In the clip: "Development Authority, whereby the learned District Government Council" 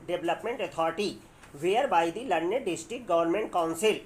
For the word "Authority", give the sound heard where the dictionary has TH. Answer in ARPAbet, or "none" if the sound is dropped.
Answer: T